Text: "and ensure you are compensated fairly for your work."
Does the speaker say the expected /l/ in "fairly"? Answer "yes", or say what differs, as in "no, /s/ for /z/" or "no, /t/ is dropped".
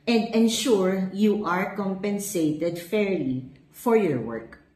yes